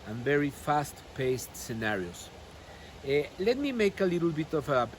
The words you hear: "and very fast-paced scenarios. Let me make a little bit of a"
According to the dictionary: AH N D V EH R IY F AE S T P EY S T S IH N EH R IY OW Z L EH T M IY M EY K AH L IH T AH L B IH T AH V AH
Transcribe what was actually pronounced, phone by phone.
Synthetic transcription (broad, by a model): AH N V EH R IY F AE S T P EY S T S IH N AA R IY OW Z L EH T M IY M EY K AH L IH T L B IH T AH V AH